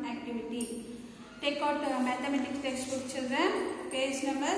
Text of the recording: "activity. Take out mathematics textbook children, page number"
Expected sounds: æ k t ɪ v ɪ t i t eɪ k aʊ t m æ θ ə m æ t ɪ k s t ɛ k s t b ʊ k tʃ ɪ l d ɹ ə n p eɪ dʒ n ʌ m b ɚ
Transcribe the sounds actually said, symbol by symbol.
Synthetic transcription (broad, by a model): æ k t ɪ v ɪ t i t eɪ k aʊ t m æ t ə m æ t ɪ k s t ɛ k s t ʊ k tʃ ɪ l d ɹ ə n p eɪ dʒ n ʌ m b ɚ